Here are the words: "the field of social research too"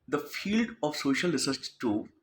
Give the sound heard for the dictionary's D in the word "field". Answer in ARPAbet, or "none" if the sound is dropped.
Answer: D